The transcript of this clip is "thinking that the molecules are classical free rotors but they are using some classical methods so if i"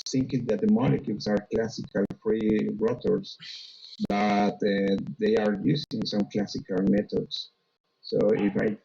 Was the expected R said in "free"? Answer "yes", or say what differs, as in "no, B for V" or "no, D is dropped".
yes